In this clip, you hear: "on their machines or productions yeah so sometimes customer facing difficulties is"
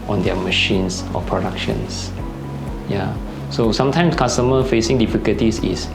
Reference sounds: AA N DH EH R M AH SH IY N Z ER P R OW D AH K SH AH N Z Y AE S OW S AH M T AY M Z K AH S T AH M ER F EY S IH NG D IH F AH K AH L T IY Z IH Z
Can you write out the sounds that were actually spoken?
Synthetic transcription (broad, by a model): AA N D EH M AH SH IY N S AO P R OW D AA K SH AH N S Y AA S OW S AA M T AY M S K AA S T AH M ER F EY S IH NG D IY F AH K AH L T IY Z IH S